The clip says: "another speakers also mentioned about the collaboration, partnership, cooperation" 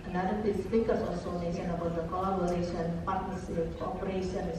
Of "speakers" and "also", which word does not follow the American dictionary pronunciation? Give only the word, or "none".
speakers